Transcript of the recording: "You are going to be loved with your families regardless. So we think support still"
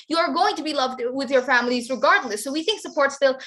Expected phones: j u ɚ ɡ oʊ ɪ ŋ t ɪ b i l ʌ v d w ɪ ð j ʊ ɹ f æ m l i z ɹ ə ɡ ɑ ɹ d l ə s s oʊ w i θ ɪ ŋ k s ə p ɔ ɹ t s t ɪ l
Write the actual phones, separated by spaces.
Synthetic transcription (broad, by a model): j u ɚ ɡ oʊ ɪ ŋ t ɪ b i l ʌ v d w ɪ ð j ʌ ɹ f æ m l i z ɹ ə ɡ ɑ ɹ d l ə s s oʊ w i θ ɪ ŋ k s ə p ɔ ɹ t s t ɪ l